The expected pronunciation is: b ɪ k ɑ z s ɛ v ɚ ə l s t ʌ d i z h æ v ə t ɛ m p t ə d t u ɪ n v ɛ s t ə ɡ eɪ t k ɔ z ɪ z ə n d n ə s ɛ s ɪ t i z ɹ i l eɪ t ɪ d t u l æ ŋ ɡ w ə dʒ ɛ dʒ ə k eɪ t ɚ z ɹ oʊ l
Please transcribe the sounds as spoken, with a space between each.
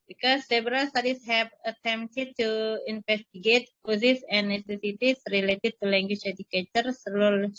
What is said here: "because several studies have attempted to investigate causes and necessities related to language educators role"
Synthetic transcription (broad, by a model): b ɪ k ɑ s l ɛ b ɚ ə l s t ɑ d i s h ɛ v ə t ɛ m t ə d t u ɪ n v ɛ s t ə ɡ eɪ t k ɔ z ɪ s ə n n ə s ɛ s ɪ t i s ɹ i l eɪ t ɪ d t u l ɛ ŋ ɡ w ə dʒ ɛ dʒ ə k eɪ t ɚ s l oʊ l